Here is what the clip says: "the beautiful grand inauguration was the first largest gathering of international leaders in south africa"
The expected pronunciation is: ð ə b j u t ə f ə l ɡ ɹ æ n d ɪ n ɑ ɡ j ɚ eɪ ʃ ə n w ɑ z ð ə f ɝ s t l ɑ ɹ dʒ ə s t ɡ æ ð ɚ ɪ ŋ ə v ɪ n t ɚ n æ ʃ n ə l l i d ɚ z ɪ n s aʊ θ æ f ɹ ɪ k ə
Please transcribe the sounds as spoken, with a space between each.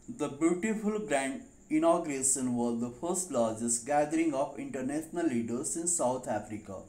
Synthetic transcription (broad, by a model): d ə b j u t ə f ə l ɡ ɹ æ n d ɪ n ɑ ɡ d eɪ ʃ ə n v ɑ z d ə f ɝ s t l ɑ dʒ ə s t ɡ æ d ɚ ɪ ŋ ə p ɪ n t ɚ n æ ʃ n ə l l i d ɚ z ɪ n s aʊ t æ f ɹ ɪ k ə